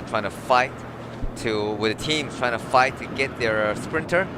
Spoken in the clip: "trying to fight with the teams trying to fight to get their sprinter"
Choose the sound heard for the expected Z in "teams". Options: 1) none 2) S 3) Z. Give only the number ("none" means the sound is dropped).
1